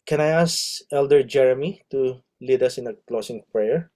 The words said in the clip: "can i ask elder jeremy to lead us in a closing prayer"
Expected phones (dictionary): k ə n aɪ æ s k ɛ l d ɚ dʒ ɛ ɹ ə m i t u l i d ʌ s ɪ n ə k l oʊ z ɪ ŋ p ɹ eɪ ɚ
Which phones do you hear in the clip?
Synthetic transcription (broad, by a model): k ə n aɪ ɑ s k ɛ l d ɚ dʒ ɛ ɹ ə m i t u l i d ʌ s ɪ n ə k l oʊ s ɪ ŋ p ɹ eɪ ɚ